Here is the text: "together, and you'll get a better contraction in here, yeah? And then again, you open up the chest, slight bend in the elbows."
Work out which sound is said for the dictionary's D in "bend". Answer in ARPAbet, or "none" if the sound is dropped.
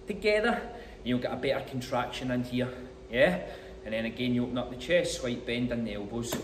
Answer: D